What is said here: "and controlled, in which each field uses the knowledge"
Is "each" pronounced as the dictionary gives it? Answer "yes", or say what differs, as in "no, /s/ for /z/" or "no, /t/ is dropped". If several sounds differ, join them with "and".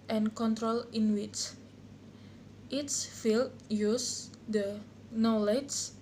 no, /s/ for /tʃ/